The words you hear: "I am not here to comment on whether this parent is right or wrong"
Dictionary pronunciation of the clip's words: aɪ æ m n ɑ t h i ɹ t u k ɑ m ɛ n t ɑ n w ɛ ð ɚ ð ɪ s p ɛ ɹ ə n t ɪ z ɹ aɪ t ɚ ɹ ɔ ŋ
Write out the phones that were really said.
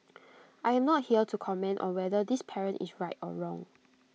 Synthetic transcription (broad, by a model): aɪ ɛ m n ɑ t h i l t u k ɑ m ɛ n t ɑ n w ɛ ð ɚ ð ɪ s p ɛ ɹ ə n t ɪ s ɹ aɪ t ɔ ɹ ɔ ŋ